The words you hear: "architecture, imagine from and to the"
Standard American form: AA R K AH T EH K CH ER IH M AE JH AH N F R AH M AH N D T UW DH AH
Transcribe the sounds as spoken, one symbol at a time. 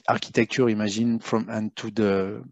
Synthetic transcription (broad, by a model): AA R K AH T EH K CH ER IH M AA ZH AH N F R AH M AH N T UW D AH